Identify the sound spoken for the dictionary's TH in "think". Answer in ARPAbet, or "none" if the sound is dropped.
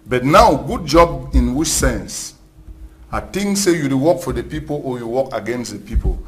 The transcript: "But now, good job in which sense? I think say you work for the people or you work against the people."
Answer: T